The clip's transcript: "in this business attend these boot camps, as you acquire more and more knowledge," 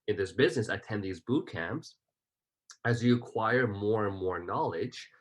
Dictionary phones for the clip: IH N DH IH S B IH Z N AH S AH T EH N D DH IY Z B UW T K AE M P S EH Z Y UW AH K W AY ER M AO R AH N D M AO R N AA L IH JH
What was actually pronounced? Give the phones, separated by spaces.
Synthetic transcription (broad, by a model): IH N DH IH S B IH Z N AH S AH T EH N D DH IY Z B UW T K AE M P S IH Z Y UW AH K W AY ER M AO R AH N M AO R N AA L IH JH